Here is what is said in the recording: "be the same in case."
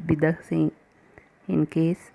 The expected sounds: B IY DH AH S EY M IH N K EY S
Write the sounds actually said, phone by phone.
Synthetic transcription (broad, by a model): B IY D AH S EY IH N K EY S